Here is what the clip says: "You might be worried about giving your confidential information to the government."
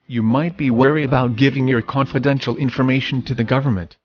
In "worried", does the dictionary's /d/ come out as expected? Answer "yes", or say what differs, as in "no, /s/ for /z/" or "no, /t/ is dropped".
no, /d/ is dropped